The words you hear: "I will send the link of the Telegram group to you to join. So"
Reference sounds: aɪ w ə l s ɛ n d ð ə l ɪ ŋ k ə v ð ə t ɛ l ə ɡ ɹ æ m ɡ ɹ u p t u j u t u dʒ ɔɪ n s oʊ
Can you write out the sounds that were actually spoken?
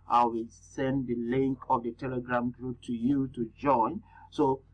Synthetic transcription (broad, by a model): aɪ w ə l s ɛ n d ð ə l ɪ ŋ k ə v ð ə t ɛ l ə ɡ ɹ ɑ m ɡ ɹ u p t u j u t u dʒ ɔɪ n s oʊ